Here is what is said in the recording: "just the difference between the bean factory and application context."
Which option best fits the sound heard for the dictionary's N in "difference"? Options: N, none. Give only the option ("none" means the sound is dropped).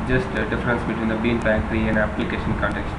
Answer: N